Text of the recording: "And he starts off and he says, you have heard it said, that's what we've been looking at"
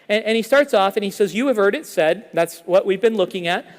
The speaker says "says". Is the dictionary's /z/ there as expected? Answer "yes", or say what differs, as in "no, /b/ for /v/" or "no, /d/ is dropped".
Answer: yes